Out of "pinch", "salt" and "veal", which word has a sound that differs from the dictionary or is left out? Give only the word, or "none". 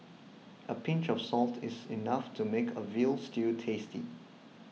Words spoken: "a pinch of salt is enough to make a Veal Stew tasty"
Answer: none